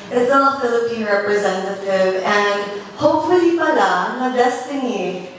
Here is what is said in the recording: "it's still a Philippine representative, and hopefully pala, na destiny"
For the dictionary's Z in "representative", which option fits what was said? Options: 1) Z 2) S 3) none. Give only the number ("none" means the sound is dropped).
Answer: 1